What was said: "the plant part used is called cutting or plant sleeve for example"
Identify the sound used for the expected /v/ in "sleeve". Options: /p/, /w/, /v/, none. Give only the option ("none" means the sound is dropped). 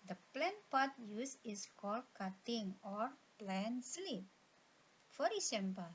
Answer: /p/